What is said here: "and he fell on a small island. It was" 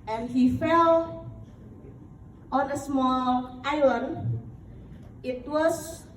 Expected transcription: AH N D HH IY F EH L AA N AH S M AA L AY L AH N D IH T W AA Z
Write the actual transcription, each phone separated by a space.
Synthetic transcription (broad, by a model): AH N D HH IY F EH L AA N AH S M AA L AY AH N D IH T W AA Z